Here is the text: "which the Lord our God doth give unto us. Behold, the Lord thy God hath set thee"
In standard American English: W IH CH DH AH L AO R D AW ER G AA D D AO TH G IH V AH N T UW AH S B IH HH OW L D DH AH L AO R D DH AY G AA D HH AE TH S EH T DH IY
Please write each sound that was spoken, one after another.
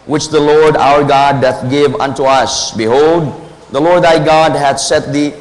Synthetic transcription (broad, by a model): W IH CH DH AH L AO R D AW ER G AA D D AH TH G IH V AH N T UW AH S B IH HH OW L D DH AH L AO R D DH AY G AA D HH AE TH S EH T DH IY